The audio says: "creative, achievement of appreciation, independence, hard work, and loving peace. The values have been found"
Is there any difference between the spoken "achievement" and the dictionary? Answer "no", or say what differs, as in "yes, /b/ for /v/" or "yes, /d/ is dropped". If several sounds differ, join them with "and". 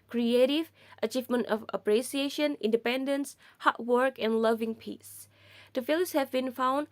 no